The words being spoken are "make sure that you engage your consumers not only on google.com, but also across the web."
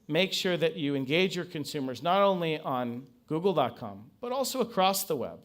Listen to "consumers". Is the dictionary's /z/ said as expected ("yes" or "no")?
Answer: yes